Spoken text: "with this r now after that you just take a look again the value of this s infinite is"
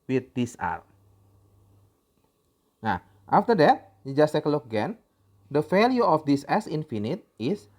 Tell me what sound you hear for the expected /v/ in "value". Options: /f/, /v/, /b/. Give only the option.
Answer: /f/